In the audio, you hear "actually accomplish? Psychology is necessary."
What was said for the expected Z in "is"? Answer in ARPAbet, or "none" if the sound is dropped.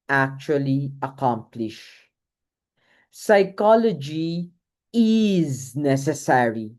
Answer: Z